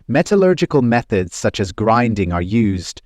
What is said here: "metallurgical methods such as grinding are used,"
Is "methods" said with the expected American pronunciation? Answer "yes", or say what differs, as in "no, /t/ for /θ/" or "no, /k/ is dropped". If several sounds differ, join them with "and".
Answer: yes